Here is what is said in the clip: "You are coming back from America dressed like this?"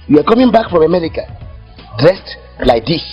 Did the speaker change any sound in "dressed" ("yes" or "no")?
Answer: no